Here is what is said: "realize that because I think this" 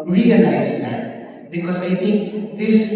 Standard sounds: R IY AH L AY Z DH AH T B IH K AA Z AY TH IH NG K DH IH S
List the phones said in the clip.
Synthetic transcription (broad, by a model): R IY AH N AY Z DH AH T B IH K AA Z AY T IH NG K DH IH S